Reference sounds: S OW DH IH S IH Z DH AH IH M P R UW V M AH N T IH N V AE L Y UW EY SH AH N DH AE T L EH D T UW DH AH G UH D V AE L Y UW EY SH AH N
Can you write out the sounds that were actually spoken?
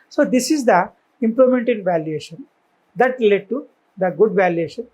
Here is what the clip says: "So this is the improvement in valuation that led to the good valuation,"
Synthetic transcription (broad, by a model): S OW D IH S IH Z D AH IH M P L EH M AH N T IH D V AE L Y UW EY SH AH N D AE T L EH D T UW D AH G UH D V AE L Y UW EY SH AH N